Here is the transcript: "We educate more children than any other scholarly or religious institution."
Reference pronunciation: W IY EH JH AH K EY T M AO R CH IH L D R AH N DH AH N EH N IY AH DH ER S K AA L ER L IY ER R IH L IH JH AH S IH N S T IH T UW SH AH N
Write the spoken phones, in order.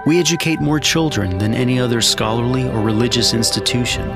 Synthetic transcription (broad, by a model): W IY EH JH AH K EY T M AO R CH IH L D R AH N DH AH N EH N IY AH DH ER S K AA L ER L IY ER R IH L IH JH AH S IH N S T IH T UW SH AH N